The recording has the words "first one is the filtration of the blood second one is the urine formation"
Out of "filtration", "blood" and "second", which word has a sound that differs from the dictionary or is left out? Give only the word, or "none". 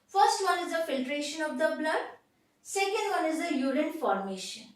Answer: none